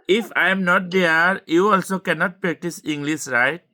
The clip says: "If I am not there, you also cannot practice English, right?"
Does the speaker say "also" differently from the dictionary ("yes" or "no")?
no